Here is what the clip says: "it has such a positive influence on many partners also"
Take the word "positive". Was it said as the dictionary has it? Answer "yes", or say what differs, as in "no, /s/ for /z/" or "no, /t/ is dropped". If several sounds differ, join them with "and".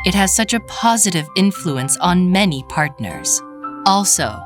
yes